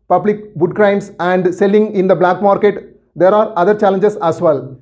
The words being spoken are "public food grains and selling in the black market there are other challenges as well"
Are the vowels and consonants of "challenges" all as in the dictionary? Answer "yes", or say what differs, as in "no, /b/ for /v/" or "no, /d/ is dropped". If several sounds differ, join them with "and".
no, /s/ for /z/